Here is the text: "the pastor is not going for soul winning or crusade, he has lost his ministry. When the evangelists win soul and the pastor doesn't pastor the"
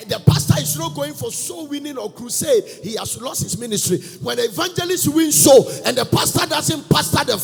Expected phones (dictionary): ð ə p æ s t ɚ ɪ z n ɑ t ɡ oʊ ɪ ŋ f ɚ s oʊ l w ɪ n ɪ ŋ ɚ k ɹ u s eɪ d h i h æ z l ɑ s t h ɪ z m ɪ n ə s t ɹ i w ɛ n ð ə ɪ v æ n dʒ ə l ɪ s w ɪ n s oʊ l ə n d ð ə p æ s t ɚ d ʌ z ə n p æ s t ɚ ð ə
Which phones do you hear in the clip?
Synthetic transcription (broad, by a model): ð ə p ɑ s t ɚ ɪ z n ɑ t ɡ oʊ ɪ ŋ f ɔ s oʊ w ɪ n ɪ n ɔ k ɹ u s eɪ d h i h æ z l ɑ s t h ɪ s m ɪ n ə s t ɹ i w ɛ n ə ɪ v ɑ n dʒ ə l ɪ s w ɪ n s oʊ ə n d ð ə p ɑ s t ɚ d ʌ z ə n p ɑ s t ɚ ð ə